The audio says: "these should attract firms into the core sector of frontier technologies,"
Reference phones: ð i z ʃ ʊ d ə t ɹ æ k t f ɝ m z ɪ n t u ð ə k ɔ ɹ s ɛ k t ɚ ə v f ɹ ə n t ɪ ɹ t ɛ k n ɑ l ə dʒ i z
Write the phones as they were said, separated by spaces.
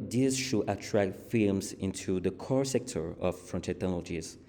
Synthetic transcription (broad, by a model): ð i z ʃ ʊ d ə t ɹ æ k t f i m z ɪ n t u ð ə k ɔ ɹ s ɛ k t ɚ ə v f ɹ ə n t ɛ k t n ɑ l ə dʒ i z